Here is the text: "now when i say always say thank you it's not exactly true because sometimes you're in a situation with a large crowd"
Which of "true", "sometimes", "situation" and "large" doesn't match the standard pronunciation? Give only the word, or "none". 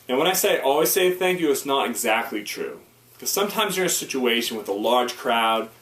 none